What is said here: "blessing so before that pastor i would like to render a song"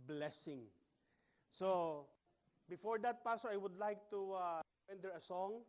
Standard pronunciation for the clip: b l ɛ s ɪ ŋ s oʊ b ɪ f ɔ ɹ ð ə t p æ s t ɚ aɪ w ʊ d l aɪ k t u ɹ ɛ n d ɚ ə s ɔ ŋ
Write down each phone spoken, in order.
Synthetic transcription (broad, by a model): b l ɛ s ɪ ŋ s oʊ b ɪ f ɔ ɹ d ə t p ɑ s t aɪ w ʊ d l aɪ k t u w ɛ n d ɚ ə s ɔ ŋ